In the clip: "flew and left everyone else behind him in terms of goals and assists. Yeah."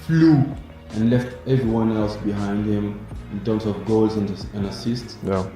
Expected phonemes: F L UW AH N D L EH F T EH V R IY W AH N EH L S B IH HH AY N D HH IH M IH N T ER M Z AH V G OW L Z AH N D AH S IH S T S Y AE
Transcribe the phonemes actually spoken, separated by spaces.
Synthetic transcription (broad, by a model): F L UW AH N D L EH F T EH V R IY W AH N EH L S B IH HH AY N D HH IH M IH N T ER M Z AH V G OW L Z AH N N AH S IH S T S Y